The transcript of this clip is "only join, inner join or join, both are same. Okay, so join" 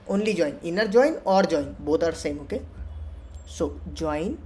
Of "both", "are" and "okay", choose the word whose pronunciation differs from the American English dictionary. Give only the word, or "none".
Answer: both